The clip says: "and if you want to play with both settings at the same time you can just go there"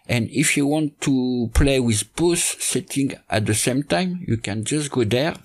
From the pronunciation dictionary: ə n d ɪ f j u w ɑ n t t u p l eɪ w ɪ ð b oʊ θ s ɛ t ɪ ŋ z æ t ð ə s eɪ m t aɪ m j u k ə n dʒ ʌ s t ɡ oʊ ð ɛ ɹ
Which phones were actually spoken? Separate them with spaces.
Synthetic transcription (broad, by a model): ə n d ɪ f j u w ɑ n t t u p l eɪ w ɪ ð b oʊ s s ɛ t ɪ ŋ æ t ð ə s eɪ m t aɪ m j u k ə n dʒ ʌ s t ɡ oʊ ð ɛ ɹ